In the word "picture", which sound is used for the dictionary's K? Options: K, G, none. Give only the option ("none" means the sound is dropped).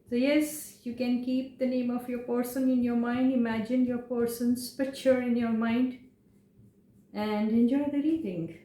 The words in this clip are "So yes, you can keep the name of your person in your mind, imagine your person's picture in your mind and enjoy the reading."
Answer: none